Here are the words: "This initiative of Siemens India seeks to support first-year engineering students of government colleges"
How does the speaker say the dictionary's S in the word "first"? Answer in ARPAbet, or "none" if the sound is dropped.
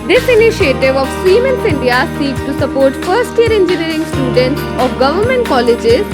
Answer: S